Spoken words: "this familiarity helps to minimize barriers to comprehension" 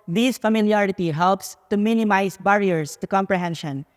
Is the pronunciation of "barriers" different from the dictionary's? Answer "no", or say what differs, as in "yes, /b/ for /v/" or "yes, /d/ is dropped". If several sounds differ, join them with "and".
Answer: yes, /s/ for /z/